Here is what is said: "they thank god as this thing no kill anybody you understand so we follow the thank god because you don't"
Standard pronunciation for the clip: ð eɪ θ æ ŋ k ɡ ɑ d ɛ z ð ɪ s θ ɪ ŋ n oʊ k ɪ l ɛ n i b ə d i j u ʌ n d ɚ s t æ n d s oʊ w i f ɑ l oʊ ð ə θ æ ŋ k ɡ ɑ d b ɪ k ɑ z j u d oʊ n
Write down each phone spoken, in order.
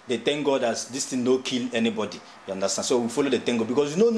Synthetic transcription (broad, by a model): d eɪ t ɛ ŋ ɡ ɑ d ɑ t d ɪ s t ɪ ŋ n oʊ k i l ɛ n i b ə d i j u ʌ n d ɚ s t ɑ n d s oʊ w i f ɑ l oʊ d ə t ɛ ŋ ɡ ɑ b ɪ k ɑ s j u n oʊ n